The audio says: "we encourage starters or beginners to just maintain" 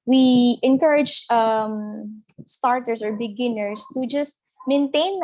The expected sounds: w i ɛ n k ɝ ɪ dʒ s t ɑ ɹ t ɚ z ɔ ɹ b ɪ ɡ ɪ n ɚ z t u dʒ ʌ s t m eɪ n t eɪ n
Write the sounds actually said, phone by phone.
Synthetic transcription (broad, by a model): w i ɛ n k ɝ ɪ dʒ s t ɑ ɹ t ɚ s ɔ ɹ b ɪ ɡ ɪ n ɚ s t u dʒ ʌ s t m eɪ n t eɪ n